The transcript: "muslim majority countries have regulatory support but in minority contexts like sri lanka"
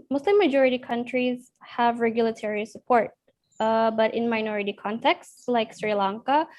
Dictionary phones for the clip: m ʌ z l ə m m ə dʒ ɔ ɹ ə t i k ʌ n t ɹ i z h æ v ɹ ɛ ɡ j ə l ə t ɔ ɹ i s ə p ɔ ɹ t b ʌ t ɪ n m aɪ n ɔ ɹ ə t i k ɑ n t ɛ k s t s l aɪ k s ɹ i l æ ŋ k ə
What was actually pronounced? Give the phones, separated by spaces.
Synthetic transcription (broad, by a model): m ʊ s l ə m m ə dʒ ɔ ɹ ə t i k ʌ n t ɹ i z h æ v ɹ ɛ ɡ j ə l ə t ɔ ɹ i s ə p ɔ ɹ t b ʌ t ɪ n m aɪ n ɔ ɹ ə t i k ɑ n t ɛ k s s l aɪ k s ɹ i l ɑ ŋ k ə